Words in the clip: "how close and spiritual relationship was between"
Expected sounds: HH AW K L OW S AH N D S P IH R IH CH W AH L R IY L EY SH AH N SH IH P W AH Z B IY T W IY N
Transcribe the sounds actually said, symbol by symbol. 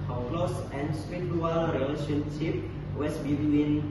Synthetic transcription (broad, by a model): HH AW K L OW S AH N S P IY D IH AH L R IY L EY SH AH N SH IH P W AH S B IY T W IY N